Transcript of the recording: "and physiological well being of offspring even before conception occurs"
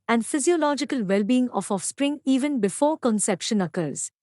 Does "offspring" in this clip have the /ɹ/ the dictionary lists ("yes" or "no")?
yes